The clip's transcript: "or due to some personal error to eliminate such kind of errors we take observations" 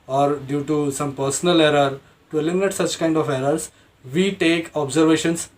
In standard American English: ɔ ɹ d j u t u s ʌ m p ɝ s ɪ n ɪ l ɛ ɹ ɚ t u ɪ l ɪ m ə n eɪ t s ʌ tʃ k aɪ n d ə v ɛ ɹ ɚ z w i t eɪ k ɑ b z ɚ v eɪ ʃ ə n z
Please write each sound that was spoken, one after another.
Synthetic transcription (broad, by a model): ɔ ɹ d j u t u s ʌ m p ɝ s ɪ n ɪ l ɛ ɹ ɚ t u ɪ l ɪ m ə n eɪ t s ʌ tʃ k aɪ n d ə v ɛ ɹ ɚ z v i t eɪ k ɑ b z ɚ v eɪ ʃ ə n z